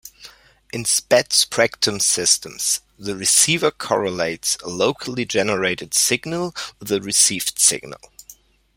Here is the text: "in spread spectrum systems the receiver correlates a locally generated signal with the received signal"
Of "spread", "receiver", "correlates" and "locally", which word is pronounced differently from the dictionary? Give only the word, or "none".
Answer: spread